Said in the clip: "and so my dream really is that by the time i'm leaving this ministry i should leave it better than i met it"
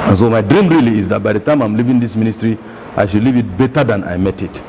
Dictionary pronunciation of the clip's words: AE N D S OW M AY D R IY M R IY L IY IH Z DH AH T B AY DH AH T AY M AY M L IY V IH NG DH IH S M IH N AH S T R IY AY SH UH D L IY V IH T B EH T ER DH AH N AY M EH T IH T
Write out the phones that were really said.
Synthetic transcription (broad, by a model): N S OW M AY D R IY M R IY L IY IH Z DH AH T B AY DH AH T AY M AY M L IY V IH NG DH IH S M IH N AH S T R IY AY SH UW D L IY V IH T B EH T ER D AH N AY M EH T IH T